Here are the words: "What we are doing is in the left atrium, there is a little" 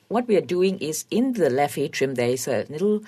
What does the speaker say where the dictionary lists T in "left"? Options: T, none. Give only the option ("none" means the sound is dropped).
none